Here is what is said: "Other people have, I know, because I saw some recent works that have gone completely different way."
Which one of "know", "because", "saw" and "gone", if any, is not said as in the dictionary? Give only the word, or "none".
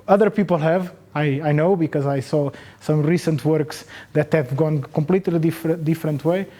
none